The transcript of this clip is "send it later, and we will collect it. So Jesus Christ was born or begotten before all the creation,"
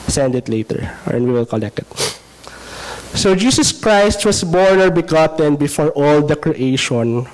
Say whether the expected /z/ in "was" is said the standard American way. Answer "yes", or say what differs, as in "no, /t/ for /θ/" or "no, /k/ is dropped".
no, /s/ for /z/